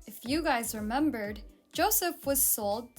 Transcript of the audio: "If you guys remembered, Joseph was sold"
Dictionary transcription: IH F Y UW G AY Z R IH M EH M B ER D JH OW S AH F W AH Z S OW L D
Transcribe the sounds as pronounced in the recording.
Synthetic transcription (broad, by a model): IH F Y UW G AY Z R IH M EH M B ER D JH OW S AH F W AH Z S OW L D